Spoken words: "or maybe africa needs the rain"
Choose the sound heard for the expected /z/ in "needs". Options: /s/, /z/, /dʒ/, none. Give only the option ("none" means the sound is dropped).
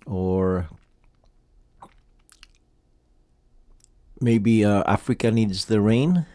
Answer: /z/